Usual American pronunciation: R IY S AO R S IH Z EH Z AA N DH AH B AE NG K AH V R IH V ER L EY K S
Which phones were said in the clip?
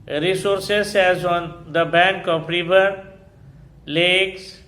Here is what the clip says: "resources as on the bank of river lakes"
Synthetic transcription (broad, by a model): R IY S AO R S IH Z EH Z AA N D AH B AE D K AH P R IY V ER L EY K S